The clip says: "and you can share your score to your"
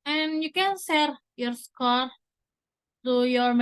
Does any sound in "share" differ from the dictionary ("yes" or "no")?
yes